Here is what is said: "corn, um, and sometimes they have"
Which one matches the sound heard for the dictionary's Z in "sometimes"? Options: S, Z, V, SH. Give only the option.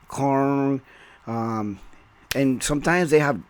Z